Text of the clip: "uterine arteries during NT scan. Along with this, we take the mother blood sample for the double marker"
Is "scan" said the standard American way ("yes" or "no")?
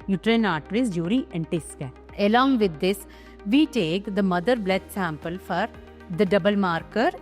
no